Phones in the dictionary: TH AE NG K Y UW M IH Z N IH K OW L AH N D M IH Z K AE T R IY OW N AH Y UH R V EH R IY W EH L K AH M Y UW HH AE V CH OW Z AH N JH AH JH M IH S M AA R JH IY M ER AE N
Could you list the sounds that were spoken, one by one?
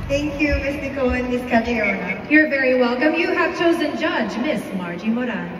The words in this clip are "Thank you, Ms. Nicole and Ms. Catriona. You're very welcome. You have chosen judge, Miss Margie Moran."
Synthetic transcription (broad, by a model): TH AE NG K Y UW M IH S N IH K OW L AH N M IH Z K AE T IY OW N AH Y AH R V EH R IY W EH L K AH M Y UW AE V CH OW Z AH N JH AH JH M IH S M AA R JH IY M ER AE